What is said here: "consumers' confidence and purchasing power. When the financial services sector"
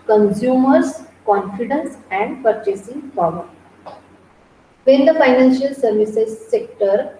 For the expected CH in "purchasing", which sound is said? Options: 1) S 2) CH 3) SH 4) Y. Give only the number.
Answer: 2